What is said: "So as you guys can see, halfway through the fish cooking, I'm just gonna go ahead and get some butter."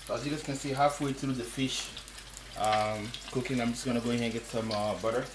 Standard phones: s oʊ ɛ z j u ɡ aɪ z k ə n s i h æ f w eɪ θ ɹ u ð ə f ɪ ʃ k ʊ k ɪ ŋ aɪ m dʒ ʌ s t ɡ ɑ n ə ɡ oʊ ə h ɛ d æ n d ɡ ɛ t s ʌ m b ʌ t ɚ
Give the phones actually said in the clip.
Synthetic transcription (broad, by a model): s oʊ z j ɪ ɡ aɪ s k ə n s i h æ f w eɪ θ ɹ u ð ə f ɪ ʃ k ʊ k ɪ ŋ aɪ m dʒ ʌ s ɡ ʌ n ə ɡ oʊ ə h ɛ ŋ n ɡ ɛ t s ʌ m b ʌ t ɚ